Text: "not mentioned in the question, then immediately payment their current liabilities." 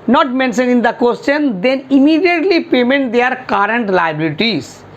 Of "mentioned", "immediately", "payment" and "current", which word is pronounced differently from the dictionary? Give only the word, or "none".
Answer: mentioned